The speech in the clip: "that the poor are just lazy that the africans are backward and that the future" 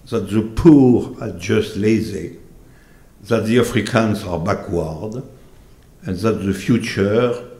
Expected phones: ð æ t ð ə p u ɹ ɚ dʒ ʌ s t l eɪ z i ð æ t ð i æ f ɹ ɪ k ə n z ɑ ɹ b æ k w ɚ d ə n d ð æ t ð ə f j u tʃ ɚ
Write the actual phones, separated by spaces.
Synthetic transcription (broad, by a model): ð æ t ð ə p u ɹ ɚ dʒ ʌ s t l eɪ z i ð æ t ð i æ f ɹ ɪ k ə n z ɑ ɹ b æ k w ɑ d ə n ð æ t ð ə f j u tʃ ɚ